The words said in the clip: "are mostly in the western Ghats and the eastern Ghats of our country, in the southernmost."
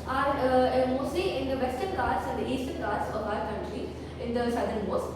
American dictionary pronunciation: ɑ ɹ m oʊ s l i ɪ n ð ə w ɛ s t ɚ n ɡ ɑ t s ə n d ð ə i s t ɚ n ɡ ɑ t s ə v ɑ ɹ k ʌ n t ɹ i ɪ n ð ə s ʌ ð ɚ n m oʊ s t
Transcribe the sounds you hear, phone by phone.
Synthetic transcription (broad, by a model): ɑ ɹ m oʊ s i ɪ n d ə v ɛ s t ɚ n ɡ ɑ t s ə n d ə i s t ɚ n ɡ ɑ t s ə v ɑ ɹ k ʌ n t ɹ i ɪ n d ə s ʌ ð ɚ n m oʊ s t